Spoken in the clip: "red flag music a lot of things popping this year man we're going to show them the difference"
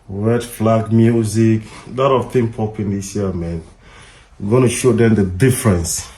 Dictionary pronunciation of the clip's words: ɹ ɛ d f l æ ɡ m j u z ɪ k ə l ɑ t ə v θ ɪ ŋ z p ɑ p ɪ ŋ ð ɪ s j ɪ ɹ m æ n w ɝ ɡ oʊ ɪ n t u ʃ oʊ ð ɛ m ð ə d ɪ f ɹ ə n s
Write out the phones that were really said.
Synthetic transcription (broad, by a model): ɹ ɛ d f l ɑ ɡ m j u z ɪ k l ɑ t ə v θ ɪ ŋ p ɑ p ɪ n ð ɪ s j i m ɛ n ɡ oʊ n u ʃ oʊ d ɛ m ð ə d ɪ f ɹ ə n s